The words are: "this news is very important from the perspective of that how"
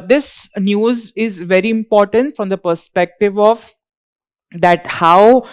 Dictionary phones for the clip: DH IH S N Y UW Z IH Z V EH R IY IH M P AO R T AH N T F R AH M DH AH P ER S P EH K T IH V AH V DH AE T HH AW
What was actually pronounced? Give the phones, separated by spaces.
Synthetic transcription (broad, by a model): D IH S N Y UW Z IH Z V EH R IY IH M P AO R T AH N T F R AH M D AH P ER S P EH K T IH V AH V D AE T HH AW